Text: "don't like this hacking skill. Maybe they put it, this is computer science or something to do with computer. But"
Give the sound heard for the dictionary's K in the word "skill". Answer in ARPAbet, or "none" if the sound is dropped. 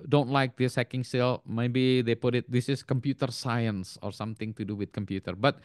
none